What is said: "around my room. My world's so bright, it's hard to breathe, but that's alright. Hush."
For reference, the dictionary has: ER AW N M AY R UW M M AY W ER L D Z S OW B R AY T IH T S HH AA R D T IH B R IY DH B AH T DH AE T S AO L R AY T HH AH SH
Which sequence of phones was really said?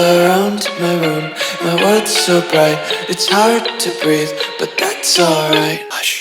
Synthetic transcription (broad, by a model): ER AW N M AY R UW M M AY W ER D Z S OW B R AY T IH T S HH AA R D T IH B R IY DH B AH T DH AE T S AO L R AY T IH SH